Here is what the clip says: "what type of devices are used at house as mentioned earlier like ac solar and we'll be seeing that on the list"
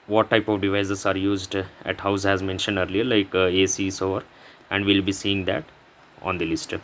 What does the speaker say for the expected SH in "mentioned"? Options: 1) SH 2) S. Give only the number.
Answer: 1